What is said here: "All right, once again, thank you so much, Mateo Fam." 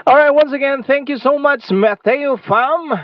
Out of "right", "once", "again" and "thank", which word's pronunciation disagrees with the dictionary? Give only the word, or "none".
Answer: none